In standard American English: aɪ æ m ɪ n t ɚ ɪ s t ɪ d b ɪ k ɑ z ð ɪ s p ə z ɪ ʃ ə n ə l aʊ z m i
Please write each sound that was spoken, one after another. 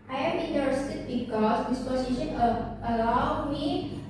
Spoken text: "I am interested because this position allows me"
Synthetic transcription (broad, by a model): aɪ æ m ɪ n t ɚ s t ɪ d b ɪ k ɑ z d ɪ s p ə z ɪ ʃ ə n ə l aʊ m i